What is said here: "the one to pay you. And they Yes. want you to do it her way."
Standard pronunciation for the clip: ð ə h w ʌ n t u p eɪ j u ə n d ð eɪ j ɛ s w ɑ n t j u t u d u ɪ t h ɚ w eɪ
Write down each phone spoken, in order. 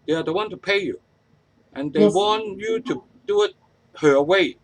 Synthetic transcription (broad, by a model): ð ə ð w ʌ n t u p eɪ j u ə n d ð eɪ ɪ w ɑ n j u t u d u ɪ t h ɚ w eɪ